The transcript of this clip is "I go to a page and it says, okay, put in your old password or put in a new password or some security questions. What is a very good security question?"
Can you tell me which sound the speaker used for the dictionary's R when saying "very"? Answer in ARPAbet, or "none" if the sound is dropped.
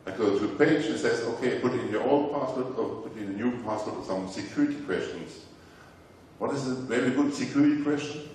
L